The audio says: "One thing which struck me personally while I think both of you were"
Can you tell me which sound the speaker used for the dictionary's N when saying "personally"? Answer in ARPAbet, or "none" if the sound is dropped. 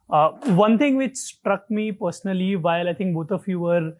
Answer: N